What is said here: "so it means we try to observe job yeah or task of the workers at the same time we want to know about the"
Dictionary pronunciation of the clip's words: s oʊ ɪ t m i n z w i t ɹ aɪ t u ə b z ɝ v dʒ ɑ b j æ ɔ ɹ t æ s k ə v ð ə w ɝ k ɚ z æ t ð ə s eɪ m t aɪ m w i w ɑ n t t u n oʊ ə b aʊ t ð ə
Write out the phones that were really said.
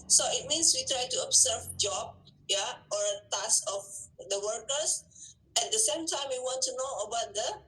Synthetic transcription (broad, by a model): s oʊ ɪ t m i n s w i t ɹ aɪ t u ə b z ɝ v dʒ ɑ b j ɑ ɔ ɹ t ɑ s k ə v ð ə w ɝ k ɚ s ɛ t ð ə s eɪ m t aɪ m w i w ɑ n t t u n oʊ ə b aʊ t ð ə